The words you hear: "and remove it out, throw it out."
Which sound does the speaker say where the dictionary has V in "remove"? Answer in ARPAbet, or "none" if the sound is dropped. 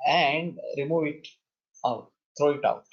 V